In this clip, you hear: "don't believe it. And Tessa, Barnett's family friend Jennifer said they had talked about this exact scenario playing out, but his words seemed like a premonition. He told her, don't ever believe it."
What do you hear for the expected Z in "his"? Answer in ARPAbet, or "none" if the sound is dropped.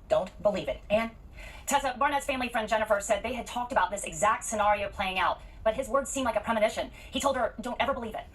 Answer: Z